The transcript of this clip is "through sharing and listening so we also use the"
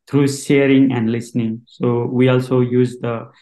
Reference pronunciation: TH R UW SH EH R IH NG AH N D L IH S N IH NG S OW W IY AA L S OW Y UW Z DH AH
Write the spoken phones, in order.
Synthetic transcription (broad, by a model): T R UW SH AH R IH NG AH N D L IH S N IH NG S OW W IY AA L S OW Y UW Z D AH